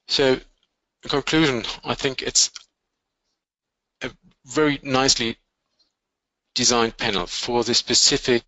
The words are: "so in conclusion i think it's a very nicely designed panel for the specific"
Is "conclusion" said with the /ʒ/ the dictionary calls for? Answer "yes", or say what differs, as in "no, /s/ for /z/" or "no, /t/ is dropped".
yes